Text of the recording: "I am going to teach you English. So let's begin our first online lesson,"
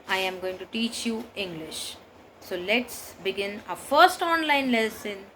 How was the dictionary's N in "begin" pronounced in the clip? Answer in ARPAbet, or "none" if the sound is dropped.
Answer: N